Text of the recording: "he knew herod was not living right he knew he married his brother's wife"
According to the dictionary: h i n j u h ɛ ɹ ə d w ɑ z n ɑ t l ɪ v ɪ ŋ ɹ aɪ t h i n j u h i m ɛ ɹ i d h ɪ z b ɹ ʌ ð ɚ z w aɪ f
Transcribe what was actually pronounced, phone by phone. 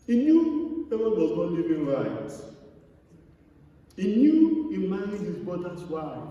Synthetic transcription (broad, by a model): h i n j u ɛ w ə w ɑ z n ɑ t l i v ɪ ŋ ɹ aɪ t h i n j u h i m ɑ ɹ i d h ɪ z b ɔ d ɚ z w aɪ